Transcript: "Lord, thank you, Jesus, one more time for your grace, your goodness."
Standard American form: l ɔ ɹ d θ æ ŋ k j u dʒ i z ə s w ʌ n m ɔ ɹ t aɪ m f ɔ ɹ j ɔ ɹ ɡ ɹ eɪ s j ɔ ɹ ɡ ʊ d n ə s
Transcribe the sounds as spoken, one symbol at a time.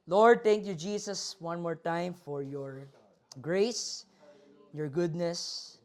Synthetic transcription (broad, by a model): l ɔ ɹ d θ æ ŋ k j u dʒ i s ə s w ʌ n m ɔ ɹ t aɪ m f ɔ ɹ j ɔ ɹ ɡ ɹ eɪ s j ɔ ɹ ɡ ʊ d n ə s